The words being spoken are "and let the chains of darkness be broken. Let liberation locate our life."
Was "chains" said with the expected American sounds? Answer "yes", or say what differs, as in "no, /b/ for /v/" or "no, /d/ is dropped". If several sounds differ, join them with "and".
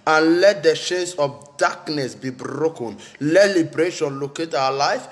no, /ʃ/ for /tʃ/ and /s/ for /z/